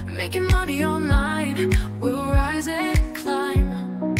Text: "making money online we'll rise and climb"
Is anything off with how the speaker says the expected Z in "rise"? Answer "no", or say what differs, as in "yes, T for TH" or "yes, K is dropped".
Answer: no